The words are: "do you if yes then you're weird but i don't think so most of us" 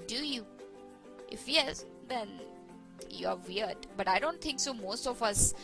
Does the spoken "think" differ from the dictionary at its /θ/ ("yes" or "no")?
yes